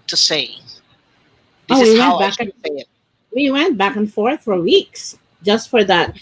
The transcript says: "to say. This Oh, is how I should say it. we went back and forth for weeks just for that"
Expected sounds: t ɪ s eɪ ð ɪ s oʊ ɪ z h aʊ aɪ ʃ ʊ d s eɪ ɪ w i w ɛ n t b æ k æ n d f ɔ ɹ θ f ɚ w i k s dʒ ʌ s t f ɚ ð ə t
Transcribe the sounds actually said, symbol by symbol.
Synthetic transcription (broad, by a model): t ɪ s eɪ ɪ oʊ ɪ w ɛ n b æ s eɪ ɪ w i w ɛ n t b æ k n f ɔ ɹ θ f ɚ w i k s dʒ ʌ s t f ɚ ð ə t